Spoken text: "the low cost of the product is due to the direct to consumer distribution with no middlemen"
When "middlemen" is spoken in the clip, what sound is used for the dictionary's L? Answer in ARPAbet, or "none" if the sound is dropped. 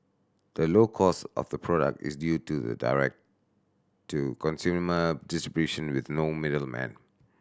L